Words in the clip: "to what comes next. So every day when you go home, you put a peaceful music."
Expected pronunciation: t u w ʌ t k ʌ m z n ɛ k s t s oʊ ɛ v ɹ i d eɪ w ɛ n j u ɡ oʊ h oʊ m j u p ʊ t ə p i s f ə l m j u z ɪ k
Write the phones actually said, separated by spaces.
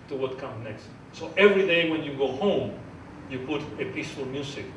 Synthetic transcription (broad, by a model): t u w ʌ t k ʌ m n ɛ k s t s oʊ ɛ v ɹ i d eɪ w ɛ n j u ɡ oʊ h oʊ m j u p ʊ t ə p i s f ə l m j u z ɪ k